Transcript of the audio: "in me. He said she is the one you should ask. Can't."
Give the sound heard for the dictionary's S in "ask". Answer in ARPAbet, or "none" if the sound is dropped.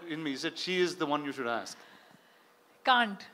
S